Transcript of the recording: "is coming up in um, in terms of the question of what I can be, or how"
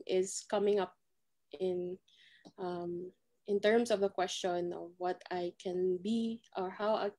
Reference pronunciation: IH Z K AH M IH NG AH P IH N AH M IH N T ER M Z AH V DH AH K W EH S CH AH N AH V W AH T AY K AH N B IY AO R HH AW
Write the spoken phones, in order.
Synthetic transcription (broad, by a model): IH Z K AH M IH NG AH P IH N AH M IH N T ER M S AH V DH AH K W EH S CH AH N AH V W AH T AY K AH N B IY AO R HH AW